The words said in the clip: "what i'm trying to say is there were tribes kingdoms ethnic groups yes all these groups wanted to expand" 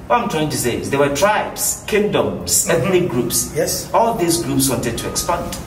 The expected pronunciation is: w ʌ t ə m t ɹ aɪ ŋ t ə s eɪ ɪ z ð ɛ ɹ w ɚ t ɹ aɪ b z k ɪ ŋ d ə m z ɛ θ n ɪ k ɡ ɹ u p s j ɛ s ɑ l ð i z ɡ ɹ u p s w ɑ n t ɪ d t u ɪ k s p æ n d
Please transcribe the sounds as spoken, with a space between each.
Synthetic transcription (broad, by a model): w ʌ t ə m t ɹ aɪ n t ə s eɪ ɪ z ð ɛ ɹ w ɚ t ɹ aɪ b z k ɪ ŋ d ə m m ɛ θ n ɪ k ɡ ɹ u p s j ɛ s ɑ l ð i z ɡ ɹ u p s w ɑ n t ɪ d t u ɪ k s p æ n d